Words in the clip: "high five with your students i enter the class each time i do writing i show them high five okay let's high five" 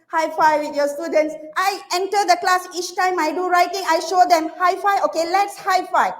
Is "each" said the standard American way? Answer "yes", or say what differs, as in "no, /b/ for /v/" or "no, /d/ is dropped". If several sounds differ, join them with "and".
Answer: yes